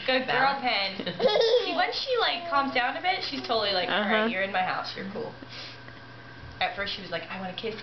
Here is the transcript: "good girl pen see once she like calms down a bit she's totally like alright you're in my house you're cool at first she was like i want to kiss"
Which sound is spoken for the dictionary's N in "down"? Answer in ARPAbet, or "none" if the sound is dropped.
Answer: N